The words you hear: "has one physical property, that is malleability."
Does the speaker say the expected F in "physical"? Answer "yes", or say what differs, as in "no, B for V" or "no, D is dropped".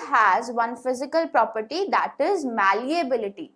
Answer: yes